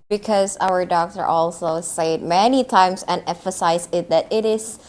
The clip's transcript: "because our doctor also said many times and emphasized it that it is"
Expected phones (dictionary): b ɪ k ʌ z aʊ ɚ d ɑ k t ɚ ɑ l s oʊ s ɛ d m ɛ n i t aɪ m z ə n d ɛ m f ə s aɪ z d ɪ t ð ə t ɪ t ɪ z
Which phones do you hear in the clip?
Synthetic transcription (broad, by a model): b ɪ k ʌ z aʊ ɚ d ɑ k t ɚ ɑ l s oʊ s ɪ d m ɛ n i t aɪ m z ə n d ɛ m f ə s aɪ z ɪ t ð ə t ɪ t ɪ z